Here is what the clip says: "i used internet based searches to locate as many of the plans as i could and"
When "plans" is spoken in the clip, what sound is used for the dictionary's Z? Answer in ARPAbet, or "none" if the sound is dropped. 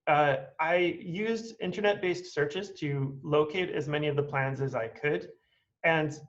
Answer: Z